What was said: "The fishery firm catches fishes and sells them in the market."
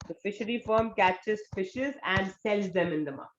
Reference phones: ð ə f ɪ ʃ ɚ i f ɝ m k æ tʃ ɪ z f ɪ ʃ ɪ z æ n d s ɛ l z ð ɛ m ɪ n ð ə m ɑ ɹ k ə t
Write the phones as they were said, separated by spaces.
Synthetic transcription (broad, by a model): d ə f ɪ ʃ ɚ i f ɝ m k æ tʃ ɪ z f ɪ ʃ ɪ z æ n d s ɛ l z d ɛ m ɪ n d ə m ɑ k